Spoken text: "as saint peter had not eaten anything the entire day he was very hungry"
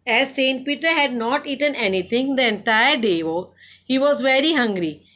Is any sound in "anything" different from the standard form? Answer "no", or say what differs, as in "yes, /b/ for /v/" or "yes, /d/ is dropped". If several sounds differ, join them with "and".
yes, /t/ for /θ/